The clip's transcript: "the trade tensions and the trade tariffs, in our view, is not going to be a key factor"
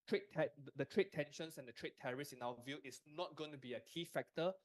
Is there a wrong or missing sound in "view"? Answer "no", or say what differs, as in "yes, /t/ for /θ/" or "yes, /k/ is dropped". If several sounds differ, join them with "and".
no